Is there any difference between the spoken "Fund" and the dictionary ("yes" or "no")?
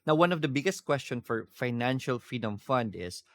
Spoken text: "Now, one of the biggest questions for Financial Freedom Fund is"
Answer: no